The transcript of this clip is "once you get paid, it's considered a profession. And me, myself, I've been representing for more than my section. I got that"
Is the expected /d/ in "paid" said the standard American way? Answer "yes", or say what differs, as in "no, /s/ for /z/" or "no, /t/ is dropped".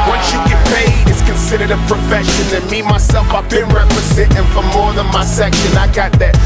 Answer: no, /d/ is dropped